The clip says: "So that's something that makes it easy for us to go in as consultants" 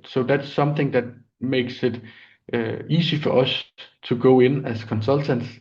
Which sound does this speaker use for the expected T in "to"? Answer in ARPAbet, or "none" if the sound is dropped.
S